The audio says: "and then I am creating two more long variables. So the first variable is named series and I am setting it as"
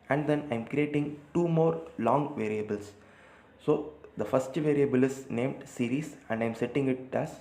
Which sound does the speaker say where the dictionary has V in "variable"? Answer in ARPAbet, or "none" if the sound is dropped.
V